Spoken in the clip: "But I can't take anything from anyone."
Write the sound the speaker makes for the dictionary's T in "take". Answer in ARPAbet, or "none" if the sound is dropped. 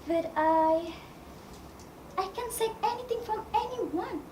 S